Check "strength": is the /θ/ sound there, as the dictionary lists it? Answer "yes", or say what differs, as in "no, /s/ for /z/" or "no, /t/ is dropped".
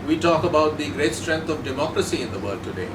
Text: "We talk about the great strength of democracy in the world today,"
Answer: no, /t/ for /θ/